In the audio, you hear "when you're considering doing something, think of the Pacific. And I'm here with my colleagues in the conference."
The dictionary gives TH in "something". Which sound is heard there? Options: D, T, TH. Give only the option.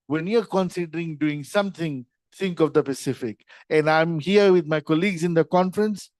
T